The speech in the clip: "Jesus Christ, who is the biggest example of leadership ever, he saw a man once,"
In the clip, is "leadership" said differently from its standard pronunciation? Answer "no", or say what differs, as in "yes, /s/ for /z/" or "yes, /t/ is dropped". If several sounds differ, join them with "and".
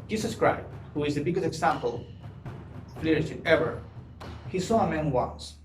yes, /p/ is dropped